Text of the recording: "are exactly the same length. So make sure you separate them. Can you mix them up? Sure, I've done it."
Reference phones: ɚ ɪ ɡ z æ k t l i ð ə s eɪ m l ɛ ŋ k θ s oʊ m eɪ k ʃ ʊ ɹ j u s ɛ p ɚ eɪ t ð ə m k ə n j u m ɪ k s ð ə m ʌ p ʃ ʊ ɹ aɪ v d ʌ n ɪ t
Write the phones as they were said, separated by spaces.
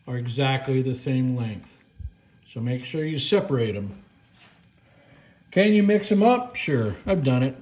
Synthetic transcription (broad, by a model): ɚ ɪ ɡ z æ k t l i ð ə s eɪ m l ɛ ŋ k θ s oʊ m eɪ k ʃ ʊ ɹ j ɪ s ɛ p ɚ eɪ t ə m k ə n j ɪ m ɪ k s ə m ʌ p ʃ ʊ ɹ aɪ v d ʌ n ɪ t